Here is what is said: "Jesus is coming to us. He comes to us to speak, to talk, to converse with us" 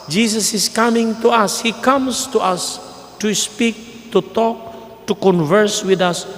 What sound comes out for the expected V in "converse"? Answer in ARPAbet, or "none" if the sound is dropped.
V